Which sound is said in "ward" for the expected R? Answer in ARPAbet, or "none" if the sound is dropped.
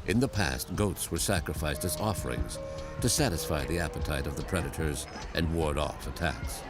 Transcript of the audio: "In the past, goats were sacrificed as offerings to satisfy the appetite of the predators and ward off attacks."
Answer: R